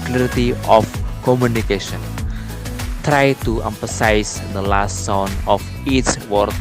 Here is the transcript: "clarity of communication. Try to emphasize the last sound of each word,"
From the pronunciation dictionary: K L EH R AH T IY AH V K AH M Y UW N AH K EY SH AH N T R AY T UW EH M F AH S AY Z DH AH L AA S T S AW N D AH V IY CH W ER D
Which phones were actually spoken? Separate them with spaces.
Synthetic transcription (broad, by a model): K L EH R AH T IY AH F K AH M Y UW N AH K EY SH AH N T R AY T UW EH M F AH S AY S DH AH L AA S T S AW N AH F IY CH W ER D